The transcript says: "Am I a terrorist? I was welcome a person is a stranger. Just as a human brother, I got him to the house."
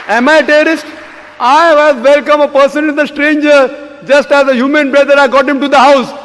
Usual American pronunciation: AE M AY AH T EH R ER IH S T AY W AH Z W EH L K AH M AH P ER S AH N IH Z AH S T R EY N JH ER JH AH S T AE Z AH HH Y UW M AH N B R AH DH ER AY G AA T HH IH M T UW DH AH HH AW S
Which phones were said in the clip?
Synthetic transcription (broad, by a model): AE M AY AH T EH ER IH S T AY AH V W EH L K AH M AH P ER S AH N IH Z AH S T R EY N JH ER JH AH S T AE Z AH HH Y UW M AH N B R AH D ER AY G AA T HH IH M T UW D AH HH AW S